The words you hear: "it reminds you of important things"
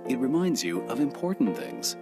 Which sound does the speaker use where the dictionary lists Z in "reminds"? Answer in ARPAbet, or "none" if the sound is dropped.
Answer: Z